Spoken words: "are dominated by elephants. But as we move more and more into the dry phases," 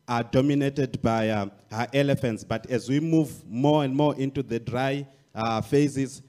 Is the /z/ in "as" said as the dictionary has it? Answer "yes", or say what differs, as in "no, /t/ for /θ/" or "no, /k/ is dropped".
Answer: yes